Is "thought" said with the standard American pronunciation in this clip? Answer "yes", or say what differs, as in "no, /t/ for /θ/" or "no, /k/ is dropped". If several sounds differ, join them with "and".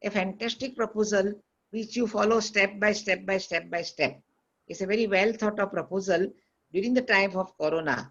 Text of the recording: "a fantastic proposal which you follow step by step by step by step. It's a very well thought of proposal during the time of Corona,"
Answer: no, /t/ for /θ/